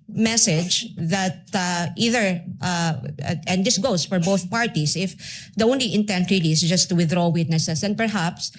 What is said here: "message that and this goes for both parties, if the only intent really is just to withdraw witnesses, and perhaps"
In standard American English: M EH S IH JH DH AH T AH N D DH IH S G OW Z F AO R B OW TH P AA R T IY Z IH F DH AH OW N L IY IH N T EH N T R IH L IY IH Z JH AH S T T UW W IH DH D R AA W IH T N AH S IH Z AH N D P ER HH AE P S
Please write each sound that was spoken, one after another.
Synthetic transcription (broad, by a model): M EH S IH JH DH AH T AH N D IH S G OW S F AO R B OW TH P AA R T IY S IH F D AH OW N L IY IH N T EH N T R IH L IY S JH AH S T T UW W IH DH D R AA W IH T N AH S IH S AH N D P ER HH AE P S